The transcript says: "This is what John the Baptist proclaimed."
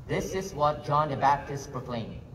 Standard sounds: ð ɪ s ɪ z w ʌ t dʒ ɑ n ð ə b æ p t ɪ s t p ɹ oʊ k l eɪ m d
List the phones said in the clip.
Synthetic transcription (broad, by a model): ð ɪ s ɪ z w ʌ t dʒ ɑ n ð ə b æ p t ɪ s t p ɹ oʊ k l eɪ m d